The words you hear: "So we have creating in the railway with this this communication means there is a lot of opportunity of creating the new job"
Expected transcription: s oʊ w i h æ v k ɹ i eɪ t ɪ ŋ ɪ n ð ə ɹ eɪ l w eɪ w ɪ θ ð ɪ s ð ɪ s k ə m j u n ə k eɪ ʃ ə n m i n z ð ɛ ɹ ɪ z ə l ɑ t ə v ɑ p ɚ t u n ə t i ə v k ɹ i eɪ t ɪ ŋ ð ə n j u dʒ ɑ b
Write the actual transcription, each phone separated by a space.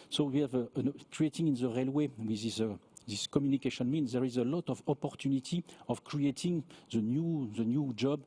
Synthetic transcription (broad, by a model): s oʊ w i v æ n k ɹ i eɪ t ɪ ŋ ɪ n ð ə ɹ eɪ l w eɪ w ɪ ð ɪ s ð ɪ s k ə m j u n ə k eɪ ʃ ə n m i n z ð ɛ ɹ ɪ z ə l ɑ t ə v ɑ p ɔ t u n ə t i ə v k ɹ i eɪ t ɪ ŋ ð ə n j u dʒ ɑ b